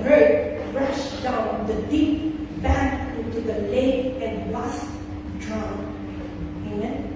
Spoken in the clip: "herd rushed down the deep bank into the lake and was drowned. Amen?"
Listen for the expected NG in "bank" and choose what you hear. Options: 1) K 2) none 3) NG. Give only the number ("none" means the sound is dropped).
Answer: 2